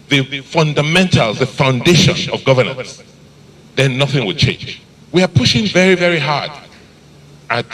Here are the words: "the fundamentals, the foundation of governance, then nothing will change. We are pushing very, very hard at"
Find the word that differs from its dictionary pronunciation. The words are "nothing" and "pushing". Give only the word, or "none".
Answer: none